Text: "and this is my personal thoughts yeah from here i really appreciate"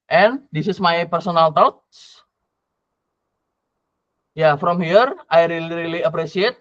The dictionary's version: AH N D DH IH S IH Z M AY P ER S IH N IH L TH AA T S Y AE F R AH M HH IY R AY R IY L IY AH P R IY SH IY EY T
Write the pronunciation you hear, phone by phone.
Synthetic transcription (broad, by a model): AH N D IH S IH S M AY P ER S IH N IH L T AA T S Y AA F R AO M HH IY R AY R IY L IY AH P R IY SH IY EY T